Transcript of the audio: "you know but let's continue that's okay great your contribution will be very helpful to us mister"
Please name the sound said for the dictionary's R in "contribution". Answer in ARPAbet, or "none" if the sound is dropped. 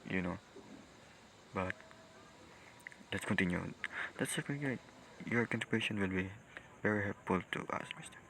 none